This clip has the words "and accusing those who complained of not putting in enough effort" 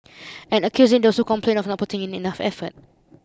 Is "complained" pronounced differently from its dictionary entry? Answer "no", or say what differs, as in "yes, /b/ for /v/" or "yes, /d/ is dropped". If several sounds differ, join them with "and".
yes, /d/ is dropped